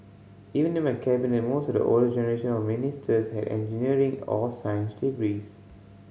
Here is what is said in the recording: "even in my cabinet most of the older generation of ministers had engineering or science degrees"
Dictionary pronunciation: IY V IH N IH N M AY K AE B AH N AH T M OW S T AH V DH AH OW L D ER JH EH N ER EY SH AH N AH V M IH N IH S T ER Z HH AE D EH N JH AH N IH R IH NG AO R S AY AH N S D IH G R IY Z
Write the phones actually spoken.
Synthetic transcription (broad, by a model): IY V IH N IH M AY K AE B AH N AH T M OW S T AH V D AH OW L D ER JH EH N ER EY SH AH N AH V M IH N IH S T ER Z HH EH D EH N JH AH N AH R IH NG AO L S AY AH N S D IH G R IY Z